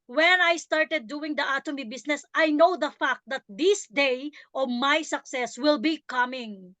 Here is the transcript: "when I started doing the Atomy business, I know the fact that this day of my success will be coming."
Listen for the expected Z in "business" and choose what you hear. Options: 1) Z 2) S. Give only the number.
2